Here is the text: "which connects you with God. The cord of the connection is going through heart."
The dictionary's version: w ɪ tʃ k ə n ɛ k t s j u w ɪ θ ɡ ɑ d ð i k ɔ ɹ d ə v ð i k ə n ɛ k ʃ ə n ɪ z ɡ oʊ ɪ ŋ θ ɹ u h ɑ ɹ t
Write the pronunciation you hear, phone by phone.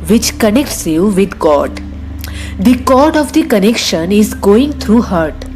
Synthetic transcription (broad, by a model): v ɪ tʃ k ə n ɛ k t s j u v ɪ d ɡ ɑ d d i k ɔ ɹ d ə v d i k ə n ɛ k ʃ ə n ɪ z ɡ oʊ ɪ ŋ t ɹ u h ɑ ɹ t